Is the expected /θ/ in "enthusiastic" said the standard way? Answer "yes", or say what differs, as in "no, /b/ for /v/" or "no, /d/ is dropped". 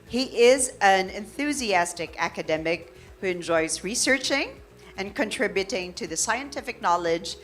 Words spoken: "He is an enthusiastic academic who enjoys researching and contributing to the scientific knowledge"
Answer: yes